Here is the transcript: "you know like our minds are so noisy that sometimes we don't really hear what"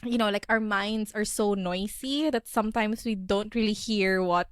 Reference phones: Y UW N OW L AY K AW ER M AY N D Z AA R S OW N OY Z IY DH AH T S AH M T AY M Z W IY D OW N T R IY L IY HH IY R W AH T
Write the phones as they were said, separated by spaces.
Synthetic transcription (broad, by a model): Y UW N OW L AY K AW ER M AY N D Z AA R S OW N OY S IY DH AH T S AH M T AY M S W IY D OW N T R IY L IY HH IY R W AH T